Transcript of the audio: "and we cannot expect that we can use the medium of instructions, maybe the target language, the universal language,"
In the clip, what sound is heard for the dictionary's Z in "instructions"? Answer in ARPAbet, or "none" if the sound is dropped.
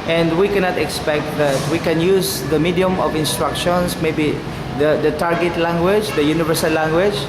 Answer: S